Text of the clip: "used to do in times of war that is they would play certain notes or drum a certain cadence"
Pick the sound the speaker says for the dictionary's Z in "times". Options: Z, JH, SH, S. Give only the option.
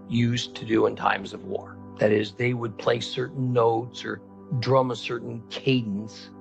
Z